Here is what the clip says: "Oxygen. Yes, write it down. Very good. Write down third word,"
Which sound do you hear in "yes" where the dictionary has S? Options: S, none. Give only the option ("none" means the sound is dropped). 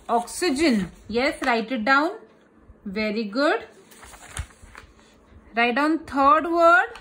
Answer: S